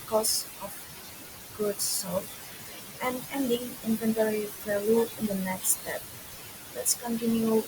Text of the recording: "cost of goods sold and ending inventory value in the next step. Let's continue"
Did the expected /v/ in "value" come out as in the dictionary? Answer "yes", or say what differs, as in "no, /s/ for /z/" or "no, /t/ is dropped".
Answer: no, /p/ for /v/